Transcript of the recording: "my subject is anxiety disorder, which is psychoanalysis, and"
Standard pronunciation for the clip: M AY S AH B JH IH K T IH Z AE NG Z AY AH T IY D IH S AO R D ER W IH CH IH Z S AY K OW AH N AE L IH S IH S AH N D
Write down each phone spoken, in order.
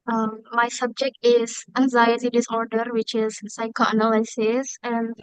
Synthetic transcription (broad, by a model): M AY S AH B JH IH K T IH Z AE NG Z AY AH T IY D IH S AO R D ER W IH CH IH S AY K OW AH N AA L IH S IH S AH N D